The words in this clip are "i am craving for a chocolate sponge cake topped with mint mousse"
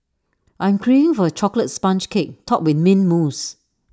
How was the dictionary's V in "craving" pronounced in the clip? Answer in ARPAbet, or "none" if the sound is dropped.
none